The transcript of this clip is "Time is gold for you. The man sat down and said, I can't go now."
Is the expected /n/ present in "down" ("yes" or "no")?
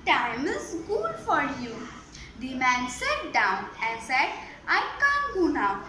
yes